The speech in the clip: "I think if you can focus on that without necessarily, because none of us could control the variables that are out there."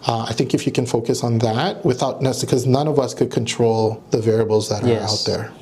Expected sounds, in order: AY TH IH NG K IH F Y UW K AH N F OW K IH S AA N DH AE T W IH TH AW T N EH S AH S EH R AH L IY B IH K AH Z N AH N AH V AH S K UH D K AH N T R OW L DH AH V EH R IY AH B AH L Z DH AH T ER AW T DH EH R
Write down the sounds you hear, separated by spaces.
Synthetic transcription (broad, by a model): AY TH IH NG K IH F Y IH K AH N F OW K IH S N DH AE T W IH TH AW T N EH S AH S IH K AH Z N AH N AH V AH S K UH D K AH N T R OW L DH AH V EH R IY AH B L Z DH AH T ER AW T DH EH R